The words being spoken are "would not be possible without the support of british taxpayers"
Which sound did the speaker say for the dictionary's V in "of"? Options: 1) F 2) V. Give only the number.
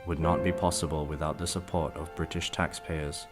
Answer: 2